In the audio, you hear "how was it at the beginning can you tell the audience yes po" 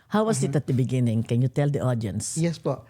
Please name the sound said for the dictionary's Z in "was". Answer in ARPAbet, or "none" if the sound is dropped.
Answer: S